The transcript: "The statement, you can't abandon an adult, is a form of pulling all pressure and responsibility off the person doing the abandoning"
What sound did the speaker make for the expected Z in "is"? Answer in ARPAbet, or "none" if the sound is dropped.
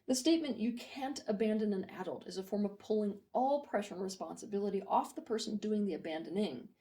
Z